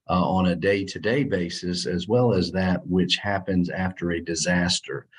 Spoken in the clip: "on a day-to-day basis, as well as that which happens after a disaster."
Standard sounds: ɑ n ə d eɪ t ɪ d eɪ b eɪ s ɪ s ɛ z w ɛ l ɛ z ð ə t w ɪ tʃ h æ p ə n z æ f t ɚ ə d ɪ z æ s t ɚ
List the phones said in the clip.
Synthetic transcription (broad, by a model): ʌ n ə d eɪ t ɪ d eɪ b eɪ s ɪ s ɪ z w ɛ l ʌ z ð ə t w ɪ tʃ h æ p ə n z æ f t ɚ ə d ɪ z æ s t ɚ